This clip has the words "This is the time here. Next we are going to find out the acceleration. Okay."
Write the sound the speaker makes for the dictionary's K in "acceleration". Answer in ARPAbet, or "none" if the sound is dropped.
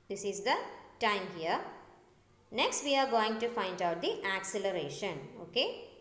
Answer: K